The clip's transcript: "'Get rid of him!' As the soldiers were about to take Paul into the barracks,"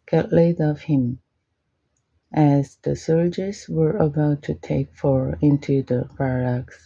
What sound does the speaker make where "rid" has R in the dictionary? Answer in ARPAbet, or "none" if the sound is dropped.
L